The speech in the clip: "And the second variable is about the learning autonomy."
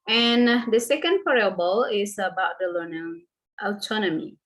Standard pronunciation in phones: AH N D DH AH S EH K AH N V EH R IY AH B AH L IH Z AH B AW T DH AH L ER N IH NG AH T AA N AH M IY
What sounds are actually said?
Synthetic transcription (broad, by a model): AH N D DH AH S EH K AH N P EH R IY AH B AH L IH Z AH B AW T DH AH L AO N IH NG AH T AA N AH M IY